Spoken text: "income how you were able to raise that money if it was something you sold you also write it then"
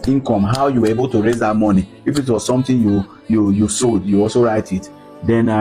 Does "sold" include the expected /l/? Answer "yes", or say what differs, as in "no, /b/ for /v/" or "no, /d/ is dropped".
no, /l/ is dropped